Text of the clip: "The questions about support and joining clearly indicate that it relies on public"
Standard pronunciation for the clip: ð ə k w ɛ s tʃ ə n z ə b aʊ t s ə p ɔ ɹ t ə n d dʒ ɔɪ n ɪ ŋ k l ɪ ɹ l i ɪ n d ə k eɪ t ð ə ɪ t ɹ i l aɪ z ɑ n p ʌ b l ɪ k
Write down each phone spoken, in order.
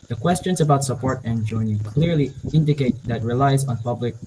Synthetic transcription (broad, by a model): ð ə k w ɛ s tʃ ə n z ə b aʊ t s ə p ɔ ɹ t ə n dʒ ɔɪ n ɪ k l ɪ ɹ l i ɪ n d ə k eɪ t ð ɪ t ɹ i l aɪ z n p ʌ b l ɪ k